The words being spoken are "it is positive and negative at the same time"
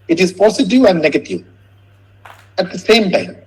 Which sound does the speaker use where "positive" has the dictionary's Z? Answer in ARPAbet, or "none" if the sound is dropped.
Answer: S